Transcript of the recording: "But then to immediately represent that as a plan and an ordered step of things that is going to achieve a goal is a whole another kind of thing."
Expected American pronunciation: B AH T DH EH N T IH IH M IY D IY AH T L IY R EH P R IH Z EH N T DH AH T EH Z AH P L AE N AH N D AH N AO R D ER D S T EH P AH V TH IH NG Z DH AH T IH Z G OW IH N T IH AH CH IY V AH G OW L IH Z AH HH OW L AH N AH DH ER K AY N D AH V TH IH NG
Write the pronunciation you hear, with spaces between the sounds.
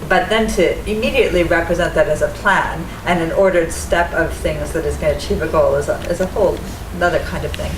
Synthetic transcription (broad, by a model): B AH T DH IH N T IH IH M IY D IY AH T L IY R EH P R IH Z EH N DH AH T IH Z AH P L AE N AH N AH N AO R D ER D S T EH P AH V TH IH NG Z DH AH T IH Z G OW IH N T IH AH CH IY V AH G OW L IH Z AH HH OW L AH N AH DH ER K AY N D AH V TH IH NG